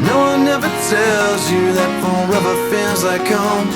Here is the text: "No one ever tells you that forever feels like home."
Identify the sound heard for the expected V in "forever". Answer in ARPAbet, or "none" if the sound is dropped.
B